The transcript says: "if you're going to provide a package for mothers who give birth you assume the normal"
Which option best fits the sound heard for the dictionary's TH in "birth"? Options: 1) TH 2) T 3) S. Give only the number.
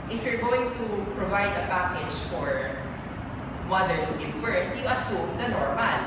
2